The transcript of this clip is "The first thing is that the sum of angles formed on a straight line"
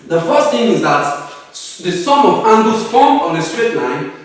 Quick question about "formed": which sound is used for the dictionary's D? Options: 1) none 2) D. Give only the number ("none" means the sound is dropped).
1